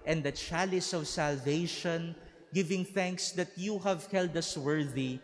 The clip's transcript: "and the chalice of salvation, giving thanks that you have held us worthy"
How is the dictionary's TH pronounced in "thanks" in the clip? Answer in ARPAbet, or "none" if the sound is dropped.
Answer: TH